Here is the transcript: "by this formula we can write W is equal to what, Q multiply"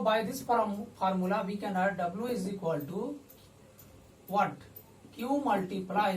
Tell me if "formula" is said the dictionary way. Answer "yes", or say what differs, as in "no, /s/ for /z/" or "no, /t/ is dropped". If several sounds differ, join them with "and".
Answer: no, /p/ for /f/